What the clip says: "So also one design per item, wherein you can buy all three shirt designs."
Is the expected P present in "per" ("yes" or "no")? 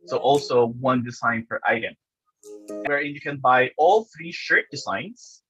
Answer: no